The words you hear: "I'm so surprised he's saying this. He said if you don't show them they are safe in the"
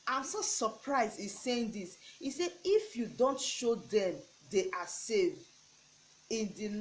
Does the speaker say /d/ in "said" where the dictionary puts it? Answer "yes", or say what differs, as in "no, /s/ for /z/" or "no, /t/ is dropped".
no, /d/ is dropped